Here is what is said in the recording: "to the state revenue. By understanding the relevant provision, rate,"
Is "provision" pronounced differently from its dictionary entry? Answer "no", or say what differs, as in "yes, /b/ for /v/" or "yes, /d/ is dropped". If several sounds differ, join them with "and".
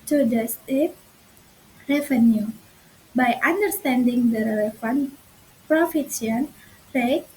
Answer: yes, /f/ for /v/ and /s/ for /ʒ/